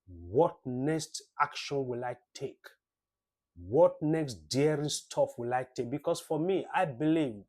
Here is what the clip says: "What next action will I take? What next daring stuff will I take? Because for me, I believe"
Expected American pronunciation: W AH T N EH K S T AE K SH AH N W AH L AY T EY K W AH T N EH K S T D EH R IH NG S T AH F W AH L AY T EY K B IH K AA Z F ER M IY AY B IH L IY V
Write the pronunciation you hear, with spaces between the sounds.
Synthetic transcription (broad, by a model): W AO T N EH K S T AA K SH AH N W AH L AY T EY K W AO T N EH K S T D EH R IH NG S T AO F W AH L AY T EY K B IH K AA S F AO M IY AY B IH L IY V